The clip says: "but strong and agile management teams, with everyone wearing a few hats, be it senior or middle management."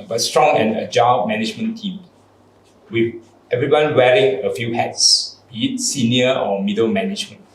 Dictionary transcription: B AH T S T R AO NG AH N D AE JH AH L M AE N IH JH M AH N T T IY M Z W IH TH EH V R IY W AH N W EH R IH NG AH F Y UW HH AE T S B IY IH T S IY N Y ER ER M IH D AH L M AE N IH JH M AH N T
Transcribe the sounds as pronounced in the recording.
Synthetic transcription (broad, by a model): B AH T S T R AO NG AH N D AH JH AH M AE N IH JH M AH N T T IY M W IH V EH V R IY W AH N W EH R IH NG AH F Y UW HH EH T S B IY IH T S IY N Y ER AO M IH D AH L M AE N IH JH M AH N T